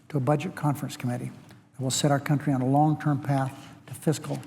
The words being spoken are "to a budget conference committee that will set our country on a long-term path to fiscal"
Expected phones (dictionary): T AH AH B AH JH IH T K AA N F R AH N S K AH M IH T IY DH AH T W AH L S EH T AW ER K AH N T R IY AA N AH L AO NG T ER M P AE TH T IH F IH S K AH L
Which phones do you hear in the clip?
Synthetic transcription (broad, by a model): T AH AH B AH JH IH T K AA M F R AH N S K AH M IH T IY DH AH T W AH L S EH T AW ER K AH N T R IY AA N AH L AO NG T ER M P AE TH T IH F IH S K L